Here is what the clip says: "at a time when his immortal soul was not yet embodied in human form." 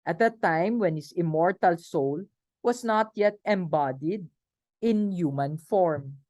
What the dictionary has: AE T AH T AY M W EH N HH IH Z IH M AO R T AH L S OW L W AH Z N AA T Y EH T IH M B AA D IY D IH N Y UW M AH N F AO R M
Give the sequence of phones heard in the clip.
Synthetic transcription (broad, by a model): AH T AH T AY M W EH N HH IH S IH M AO R T AH L S OW L W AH S N AA T Y EH T IH M B AA D IY D IH N Y UW M AH N F AO R M